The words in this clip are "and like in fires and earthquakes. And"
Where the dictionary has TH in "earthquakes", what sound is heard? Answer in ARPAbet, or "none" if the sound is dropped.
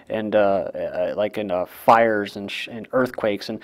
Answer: TH